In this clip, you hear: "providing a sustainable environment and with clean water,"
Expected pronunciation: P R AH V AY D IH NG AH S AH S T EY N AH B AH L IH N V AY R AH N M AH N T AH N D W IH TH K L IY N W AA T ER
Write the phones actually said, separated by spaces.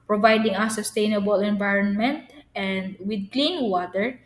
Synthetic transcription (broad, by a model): P R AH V AY D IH NG AH S AH S T EY N AH B AH L IH N V AY R AH N M AH N T AH N D W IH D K L IY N W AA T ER